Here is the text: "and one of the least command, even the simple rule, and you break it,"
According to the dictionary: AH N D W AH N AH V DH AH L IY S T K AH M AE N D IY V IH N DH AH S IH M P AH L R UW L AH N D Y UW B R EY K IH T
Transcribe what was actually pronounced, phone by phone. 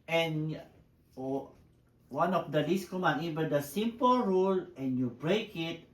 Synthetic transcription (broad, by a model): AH N W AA N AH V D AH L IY S K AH M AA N IY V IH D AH S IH M P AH L R UW L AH N Y UW B R EY K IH T